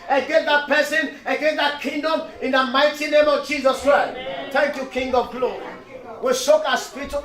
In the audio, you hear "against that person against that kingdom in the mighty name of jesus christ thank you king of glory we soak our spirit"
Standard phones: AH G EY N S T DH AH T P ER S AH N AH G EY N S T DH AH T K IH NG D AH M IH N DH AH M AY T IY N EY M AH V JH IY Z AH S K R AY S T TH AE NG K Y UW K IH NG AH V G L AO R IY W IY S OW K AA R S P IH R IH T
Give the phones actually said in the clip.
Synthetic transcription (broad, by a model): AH G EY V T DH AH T P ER S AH N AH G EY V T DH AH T K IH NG D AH M IH N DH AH M AY T IY N EY M AH V JH IY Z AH S K R AY S T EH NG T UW K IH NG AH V G L AO R IY W IY SH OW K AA S P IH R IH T